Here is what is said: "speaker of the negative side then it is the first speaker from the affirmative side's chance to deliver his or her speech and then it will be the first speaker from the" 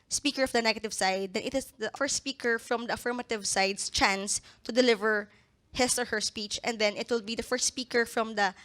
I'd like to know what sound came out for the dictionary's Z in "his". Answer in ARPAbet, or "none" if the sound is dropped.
S